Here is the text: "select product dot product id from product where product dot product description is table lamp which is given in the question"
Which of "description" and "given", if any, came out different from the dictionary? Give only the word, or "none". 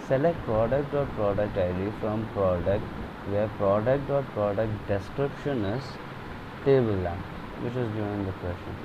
given